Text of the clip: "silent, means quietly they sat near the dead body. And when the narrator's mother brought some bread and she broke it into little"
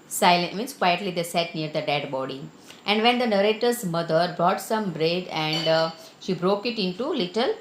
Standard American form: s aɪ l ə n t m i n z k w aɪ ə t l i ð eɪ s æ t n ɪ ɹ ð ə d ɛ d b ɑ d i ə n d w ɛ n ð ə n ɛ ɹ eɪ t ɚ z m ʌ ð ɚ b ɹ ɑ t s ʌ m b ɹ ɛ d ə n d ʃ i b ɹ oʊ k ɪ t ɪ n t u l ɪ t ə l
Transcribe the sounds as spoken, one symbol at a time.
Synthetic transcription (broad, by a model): s aɪ l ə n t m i n s k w aɪ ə t l i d eɪ s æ t n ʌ ɹ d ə d ɛ d b ɑ d i ə n d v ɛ n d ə n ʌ ɹ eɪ t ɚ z m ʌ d ɚ b ɹ ɑ t s ʌ m b ɹ ɛ d ə n d ʃ i b ɹ oʊ k ɪ t ɪ n t u l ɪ t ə l